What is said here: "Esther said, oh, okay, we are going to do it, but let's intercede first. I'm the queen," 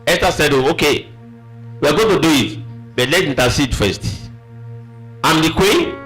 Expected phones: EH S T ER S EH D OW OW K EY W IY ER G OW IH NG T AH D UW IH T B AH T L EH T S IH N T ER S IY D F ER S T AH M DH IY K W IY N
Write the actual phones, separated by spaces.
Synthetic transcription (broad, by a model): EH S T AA S EH D OW OW K EY W IY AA G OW T AH D UW IH T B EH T L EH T IY N T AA S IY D F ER S T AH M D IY K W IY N